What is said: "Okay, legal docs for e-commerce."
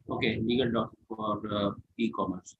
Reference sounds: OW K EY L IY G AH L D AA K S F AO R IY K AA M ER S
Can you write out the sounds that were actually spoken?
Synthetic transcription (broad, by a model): OW K EY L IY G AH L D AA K F AO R IY K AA M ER S